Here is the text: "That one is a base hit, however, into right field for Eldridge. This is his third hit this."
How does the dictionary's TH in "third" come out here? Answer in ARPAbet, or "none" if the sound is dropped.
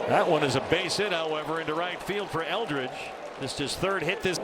TH